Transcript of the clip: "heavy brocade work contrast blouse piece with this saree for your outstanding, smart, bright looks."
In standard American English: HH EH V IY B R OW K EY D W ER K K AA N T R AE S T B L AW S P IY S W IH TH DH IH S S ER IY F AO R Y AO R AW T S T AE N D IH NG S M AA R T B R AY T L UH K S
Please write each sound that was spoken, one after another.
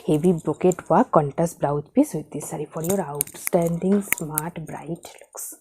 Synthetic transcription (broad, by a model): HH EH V IY B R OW K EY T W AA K K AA N T AE S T B L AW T P IY S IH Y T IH S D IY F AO R Y AO R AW T S T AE N D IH NG S M AA R T B R AY T L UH K S